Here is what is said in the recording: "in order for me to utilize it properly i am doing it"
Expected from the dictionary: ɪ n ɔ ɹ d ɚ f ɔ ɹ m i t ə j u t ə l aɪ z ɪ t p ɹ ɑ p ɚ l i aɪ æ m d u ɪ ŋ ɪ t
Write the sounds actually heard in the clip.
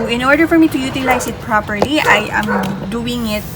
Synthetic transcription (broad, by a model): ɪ n ɔ ɹ d ɚ f ɔ ɹ m i t ə j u t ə l aɪ s ɪ t p ɹ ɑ p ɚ l i aɪ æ m d u ɪ ŋ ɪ t